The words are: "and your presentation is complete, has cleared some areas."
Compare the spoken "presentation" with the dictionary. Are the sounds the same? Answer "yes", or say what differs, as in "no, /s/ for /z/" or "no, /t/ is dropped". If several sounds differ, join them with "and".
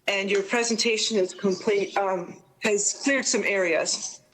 yes